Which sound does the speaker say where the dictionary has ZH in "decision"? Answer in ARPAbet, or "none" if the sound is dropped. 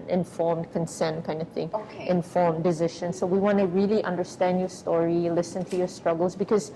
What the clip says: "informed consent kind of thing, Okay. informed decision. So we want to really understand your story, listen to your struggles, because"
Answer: SH